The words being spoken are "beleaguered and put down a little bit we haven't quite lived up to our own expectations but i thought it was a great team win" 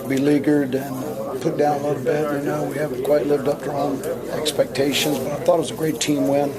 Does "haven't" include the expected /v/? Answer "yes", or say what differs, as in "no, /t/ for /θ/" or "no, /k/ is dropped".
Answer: no, /w/ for /v/